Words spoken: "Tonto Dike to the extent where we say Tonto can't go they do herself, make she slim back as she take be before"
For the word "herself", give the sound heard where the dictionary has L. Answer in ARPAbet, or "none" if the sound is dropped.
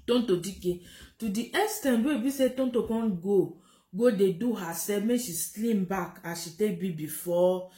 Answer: none